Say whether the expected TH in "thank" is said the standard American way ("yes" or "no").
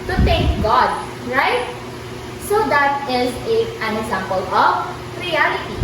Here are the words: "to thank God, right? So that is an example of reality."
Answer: no